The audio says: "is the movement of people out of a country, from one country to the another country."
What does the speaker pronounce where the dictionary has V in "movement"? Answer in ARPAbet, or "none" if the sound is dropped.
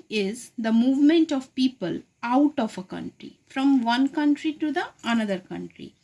V